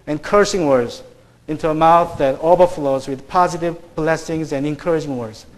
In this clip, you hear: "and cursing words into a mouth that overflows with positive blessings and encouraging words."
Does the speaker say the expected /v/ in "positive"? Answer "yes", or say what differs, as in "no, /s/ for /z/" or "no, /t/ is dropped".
yes